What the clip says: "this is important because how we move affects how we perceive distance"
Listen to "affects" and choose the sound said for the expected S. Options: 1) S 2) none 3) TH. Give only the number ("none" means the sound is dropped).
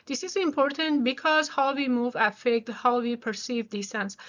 2